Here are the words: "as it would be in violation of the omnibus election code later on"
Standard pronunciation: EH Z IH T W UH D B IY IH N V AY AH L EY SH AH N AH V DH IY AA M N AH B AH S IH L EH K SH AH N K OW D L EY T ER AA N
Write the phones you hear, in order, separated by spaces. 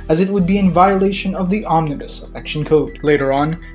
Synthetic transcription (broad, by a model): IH Z IH T W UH D B IY IH N V AY AH L EY SH AH N AH V DH IY AA M N AH B AH S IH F EH K SH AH N K OW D L EY T ER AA N